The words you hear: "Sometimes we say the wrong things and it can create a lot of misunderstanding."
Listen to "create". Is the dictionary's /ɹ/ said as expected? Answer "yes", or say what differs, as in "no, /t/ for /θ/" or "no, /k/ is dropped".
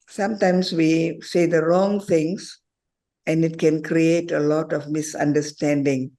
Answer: yes